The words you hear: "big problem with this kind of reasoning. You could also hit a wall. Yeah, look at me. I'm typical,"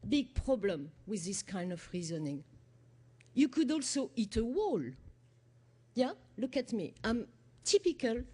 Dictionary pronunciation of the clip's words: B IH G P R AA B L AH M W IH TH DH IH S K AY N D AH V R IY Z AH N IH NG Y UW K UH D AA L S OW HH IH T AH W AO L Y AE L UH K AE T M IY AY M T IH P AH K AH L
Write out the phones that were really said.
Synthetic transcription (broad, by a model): B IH G P R AA B L AH M W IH DH IH S K AY N D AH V R IY Z AH N IH NG Y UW K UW D AA L S OW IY T AH W AO L Y AE L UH K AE T M IY AY M T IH P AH K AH L